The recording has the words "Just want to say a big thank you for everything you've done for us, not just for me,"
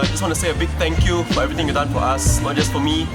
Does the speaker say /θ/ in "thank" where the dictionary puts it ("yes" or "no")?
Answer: no